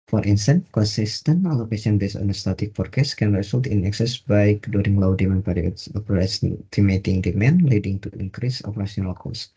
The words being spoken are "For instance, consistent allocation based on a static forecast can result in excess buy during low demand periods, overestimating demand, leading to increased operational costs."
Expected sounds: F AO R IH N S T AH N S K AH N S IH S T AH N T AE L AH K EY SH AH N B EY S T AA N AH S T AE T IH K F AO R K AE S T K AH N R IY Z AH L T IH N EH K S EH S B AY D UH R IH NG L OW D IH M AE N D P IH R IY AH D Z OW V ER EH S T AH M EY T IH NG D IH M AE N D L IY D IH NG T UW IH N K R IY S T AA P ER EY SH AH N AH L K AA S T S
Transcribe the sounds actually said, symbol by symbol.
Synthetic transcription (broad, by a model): F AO R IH N S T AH N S K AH N S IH S T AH N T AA L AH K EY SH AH N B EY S AA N AH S T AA T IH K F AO R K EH S K AH N R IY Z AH L T IH N EH K S EH S B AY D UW R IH NG L OW D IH M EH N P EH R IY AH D S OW P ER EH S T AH M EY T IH NG D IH M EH N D L IY D IH NG T UW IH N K R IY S AA P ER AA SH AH N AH L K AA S S